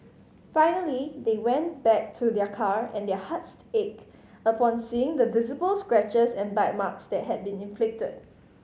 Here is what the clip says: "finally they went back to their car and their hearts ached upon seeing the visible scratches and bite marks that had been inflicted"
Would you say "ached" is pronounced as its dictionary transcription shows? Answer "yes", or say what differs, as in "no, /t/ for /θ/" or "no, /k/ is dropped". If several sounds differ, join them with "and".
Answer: no, /t/ is dropped